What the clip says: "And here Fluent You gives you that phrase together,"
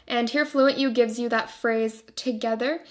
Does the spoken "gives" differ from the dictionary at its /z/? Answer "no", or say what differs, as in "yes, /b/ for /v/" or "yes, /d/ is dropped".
no